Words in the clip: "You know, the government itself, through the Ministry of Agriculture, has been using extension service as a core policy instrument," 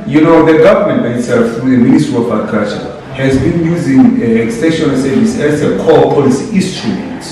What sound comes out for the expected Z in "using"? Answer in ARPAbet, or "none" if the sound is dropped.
Z